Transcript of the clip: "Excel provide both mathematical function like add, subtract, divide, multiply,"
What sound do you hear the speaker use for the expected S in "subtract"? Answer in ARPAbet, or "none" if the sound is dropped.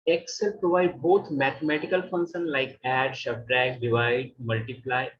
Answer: SH